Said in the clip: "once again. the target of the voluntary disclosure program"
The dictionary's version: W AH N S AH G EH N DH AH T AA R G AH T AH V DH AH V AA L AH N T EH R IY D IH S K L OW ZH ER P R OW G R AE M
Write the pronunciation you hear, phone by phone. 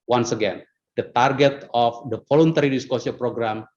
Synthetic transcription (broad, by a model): W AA N S AH G EH N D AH T AA R G AH T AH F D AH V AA L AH N T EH R IY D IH S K OW S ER P R OW G R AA M